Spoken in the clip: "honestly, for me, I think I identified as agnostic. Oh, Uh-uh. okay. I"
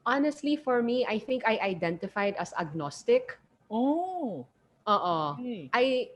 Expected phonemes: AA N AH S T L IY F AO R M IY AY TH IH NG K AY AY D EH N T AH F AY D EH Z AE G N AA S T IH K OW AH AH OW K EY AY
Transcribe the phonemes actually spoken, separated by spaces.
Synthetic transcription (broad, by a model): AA N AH S T L IY F AO R M IY AY TH IH NG K AY AY D EH N T AH F AY D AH S AE G N AA S T IH K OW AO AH OW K AY